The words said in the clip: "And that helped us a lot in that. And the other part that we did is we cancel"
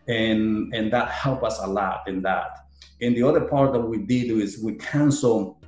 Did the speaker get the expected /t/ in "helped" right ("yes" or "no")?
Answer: no